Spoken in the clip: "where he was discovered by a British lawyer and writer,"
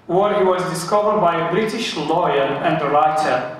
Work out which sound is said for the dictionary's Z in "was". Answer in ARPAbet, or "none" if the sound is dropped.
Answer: Z